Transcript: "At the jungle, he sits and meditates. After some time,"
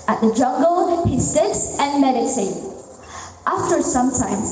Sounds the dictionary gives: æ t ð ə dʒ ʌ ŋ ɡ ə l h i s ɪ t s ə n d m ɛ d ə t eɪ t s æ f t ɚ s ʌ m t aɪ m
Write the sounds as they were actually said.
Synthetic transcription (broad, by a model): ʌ t ð ə dʒ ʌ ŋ ɡ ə l h i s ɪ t s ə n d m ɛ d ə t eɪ t æ f t ɚ s ʌ m t aɪ m